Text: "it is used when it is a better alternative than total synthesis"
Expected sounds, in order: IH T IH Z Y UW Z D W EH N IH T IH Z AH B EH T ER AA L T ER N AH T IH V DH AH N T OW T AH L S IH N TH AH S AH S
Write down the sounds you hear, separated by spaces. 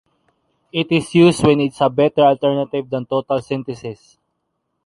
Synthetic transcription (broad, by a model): IH T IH S Y UW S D W EH N IH T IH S AH B EH T ER AA L T ER N AH T IH V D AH N T OW T AH L S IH N T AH S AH S